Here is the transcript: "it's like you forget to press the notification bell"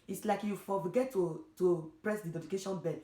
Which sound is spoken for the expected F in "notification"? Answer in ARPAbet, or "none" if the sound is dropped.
none